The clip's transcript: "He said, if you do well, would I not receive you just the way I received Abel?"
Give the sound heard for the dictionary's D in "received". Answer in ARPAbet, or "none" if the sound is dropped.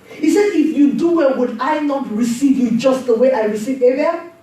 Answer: none